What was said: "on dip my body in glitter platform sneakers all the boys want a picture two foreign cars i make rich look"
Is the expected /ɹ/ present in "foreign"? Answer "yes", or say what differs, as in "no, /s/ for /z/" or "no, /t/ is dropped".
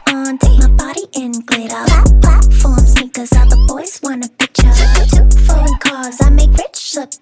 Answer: no, /l/ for /ɹ/